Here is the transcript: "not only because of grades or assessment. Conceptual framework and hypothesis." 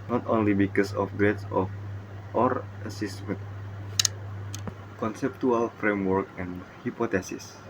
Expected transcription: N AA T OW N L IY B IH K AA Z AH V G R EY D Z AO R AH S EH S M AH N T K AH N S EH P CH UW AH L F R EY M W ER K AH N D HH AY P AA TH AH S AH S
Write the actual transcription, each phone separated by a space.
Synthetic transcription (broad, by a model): N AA T OW N L IY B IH K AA S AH F G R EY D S AO R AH S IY S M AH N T K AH N S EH P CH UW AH L F R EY M W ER K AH N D HH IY P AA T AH S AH S